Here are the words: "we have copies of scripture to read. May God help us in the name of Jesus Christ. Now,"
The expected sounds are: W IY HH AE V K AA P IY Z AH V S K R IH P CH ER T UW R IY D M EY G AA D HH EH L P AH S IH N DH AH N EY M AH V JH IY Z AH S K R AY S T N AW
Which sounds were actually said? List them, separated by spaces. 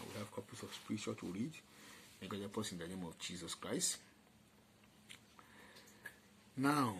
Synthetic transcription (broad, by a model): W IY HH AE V K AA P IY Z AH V S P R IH CH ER T UW R IY D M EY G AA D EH P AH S IH N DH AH N EY M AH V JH IY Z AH S K R AY S T N AW